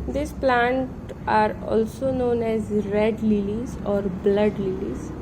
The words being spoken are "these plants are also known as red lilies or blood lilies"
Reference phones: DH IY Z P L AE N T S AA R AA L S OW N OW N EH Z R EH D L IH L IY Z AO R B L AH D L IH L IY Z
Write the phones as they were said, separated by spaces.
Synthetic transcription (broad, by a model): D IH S P L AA N T AA R AA L S OW N OW N EH Z R EH D L IH L IY Z AO R B L AH D L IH L IY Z